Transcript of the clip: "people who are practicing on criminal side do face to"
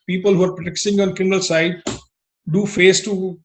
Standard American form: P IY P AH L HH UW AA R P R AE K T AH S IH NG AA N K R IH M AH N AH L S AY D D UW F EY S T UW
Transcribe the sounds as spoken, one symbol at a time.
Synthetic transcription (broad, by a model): P IY P AH L HH UW AA R P R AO T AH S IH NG AA N K R IH M AH N AH L S AY D D UW F EY S T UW